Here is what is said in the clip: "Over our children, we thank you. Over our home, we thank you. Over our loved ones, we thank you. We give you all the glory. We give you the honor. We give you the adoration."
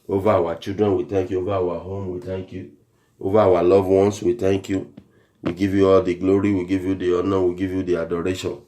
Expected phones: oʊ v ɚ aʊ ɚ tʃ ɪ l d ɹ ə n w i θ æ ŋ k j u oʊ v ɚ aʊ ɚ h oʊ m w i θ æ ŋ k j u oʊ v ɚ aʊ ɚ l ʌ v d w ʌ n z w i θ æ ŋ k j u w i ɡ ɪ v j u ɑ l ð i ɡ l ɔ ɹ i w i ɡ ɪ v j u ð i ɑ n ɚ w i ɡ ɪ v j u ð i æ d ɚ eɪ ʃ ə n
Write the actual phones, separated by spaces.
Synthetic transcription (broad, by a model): oʊ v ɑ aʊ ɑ tʃ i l d ɹ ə n w i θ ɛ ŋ k j u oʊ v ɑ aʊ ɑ h oʊ m w i t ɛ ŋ k j u oʊ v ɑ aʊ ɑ l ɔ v w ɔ n s w i t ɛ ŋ k j u w i ɡ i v j u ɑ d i ɡ l ɔ ɹ i w i ɡ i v j u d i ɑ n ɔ w i ɡ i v j u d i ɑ d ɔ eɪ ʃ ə n